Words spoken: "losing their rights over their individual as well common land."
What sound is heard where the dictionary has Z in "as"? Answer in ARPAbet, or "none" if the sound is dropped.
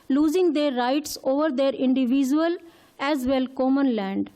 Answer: Z